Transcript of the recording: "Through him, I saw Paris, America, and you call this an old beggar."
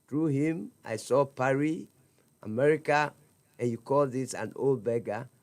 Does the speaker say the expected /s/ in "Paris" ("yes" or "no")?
no